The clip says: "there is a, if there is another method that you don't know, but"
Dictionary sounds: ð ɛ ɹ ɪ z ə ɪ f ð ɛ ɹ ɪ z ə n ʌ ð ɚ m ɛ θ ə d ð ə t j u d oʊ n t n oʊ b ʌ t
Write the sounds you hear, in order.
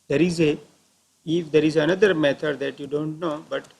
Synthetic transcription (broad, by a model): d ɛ ɹ ɪ z ə ɪ f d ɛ ɹ ɪ z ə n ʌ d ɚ m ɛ t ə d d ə t j u d oʊ n t n oʊ b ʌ t